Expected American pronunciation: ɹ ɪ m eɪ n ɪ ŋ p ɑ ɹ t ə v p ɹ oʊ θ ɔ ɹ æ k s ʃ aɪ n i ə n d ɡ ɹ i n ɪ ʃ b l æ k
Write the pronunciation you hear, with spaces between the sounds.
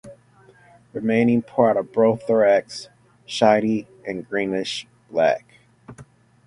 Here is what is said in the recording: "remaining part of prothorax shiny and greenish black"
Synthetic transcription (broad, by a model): ɹ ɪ m eɪ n ɪ ŋ p ɑ ɹ t ə v b ɹ oʊ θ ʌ ɹ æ k s ʃ aɪ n i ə n ɡ ɹ i n ɪ ʃ b l æ k